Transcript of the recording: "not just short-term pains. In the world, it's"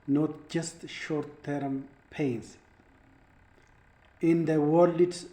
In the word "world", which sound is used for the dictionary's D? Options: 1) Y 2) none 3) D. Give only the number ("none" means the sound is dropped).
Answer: 2